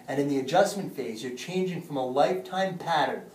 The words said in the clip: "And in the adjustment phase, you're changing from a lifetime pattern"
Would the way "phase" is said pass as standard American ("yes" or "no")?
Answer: yes